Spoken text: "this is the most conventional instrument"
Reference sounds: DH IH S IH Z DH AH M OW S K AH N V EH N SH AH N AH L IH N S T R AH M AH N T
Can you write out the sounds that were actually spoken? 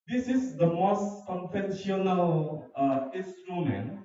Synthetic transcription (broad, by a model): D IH S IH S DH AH M OW S K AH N F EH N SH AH N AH L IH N S T R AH M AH N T